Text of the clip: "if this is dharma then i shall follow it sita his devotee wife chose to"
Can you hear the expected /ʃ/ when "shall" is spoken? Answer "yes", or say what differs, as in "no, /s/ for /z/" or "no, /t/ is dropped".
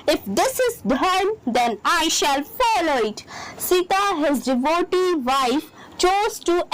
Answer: yes